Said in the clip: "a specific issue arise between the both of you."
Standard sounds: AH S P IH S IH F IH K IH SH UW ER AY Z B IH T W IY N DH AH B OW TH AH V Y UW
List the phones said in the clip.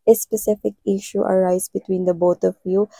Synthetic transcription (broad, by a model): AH S P IH S IH F IH K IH SH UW ER AY Z B IH T W IY N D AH B OW T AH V Y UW